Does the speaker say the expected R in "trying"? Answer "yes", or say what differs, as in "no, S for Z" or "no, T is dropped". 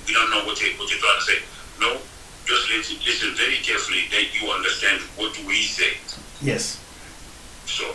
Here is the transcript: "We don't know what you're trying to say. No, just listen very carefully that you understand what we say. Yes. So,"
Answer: no, W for R